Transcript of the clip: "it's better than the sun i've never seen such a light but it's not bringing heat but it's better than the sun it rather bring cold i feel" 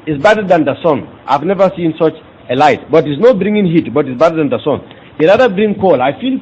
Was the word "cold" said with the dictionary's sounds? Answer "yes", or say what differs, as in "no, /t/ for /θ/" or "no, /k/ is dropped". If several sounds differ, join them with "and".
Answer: no, /d/ is dropped